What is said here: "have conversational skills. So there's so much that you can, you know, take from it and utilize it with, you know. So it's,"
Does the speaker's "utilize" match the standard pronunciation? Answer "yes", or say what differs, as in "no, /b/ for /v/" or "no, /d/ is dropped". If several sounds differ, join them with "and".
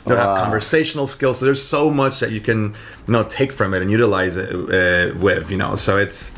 yes